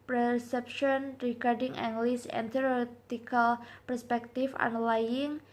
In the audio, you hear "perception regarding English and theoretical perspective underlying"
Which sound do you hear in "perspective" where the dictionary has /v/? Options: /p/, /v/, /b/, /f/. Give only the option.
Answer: /f/